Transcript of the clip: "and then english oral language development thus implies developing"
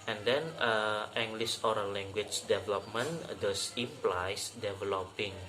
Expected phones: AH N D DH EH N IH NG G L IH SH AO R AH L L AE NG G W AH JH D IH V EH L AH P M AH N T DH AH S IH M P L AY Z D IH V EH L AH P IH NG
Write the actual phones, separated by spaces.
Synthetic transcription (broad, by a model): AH N D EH N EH NG G L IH S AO R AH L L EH NG G W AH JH D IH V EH L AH P M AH N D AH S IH P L AY S D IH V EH L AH P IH NG